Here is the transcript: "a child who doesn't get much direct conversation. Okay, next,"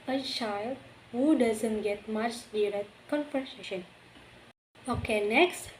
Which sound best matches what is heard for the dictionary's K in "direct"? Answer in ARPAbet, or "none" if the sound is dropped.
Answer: none